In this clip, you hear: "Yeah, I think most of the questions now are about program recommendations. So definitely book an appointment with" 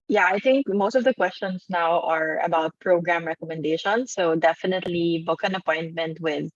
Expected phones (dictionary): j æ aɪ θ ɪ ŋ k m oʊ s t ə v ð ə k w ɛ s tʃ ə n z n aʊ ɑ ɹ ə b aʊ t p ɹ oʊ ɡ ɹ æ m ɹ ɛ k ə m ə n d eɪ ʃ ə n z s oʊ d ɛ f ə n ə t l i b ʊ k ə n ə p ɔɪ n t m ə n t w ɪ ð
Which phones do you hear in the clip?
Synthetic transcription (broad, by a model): j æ aɪ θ ɪ ŋ k m oʊ s t ə v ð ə k w ɛ s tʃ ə n s n aʊ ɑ ɹ ə b aʊ t p ɹ oʊ ɡ ɹ æ m ɹ ɛ k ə m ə n d eɪ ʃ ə n s oʊ d ɛ f ə n ə t l i b ʊ k ə n ə p ɔɪ n t m ə n t w ɪ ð